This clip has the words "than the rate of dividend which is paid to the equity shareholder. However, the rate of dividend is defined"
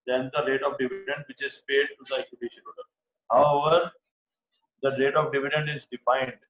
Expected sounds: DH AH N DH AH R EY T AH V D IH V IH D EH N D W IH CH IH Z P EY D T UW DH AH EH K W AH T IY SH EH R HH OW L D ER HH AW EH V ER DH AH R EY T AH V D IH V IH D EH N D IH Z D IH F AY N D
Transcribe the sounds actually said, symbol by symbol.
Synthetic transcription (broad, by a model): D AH N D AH R EY T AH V D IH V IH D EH N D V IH CH IH Z P EY D T UW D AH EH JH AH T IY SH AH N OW D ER HH AW EH V ER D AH R EY T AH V D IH V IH D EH N D IH Z D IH F AY N D